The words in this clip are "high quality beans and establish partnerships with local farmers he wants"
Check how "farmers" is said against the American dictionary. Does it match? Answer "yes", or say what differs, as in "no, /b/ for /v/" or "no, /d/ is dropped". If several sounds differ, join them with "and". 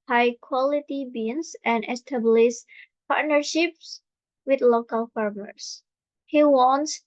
no, /s/ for /z/